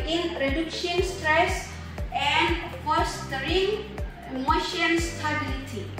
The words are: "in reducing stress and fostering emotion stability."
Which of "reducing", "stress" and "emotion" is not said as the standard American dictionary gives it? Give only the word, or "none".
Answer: reducing